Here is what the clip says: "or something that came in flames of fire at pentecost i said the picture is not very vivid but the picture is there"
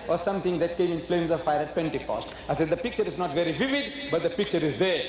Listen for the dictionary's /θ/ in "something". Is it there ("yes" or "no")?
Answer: no